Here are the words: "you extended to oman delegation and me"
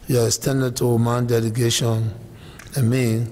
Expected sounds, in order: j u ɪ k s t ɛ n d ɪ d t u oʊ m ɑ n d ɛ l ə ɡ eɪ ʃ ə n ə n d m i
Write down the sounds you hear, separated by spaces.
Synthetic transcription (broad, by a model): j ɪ s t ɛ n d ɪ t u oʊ m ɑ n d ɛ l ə ɡ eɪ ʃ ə n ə m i